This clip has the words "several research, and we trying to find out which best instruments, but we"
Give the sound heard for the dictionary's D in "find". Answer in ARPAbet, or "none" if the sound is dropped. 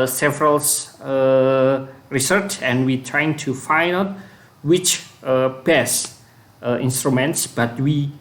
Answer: none